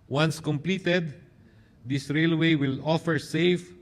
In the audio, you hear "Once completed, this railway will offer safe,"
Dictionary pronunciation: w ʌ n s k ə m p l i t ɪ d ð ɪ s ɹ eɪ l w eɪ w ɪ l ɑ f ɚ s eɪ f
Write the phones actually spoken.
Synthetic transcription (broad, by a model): w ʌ n s k ə m p l i t ɪ d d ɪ s ɹ eɪ l w eɪ w ɪ l ɑ f ɚ s eɪ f